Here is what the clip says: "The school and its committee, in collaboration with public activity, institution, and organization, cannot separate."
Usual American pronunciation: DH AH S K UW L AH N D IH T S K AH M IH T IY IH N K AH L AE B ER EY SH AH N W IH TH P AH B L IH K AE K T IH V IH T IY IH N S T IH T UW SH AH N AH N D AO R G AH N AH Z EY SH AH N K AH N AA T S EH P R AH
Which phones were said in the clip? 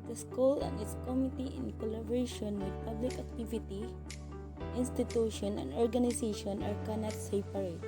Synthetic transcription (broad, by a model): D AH S K UW L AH N IH T S K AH M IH T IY IH N K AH L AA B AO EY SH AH N W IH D P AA B L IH K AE K T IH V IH T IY IH N S T IH T UW SH AH N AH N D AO R G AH N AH S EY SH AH N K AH N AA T S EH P R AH